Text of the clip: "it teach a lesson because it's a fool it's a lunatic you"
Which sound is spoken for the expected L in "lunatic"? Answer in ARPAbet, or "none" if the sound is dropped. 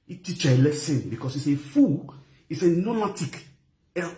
N